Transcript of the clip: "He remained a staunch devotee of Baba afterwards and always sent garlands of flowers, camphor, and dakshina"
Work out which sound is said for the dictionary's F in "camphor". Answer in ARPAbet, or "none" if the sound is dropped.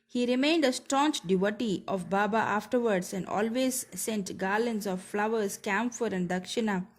F